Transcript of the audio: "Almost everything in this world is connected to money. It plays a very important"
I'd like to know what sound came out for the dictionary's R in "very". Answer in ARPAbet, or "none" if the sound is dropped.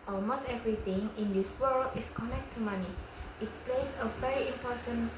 R